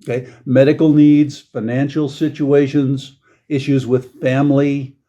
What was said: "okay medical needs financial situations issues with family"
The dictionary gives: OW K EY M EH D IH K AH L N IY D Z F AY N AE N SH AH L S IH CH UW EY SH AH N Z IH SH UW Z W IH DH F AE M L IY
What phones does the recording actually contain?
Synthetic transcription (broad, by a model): K EY M EH D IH K L N IY D Z F AY N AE N SH L S IH CH UW EY SH AH N Z IH SH UW Z W IH DH F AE M L IY